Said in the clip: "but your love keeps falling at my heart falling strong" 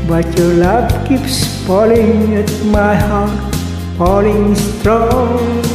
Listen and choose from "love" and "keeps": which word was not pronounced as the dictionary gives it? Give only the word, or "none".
love